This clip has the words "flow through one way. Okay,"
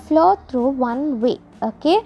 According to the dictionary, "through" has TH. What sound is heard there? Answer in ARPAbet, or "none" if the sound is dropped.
T